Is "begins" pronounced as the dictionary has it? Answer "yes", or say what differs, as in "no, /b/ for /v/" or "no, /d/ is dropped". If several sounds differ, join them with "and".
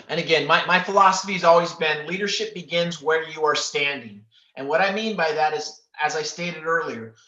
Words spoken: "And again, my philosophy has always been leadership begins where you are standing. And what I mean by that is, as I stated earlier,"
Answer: yes